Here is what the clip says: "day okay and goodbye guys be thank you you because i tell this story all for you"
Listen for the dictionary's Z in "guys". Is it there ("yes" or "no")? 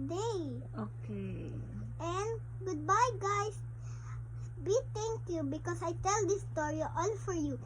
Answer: no